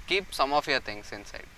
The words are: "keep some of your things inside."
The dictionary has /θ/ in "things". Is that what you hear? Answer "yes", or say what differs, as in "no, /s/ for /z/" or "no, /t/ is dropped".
no, /t/ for /θ/